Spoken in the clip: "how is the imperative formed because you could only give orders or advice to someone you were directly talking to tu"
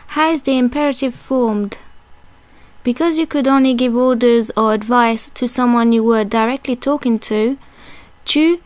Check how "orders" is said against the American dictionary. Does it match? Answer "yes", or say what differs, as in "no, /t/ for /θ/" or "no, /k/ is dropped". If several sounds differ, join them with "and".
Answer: yes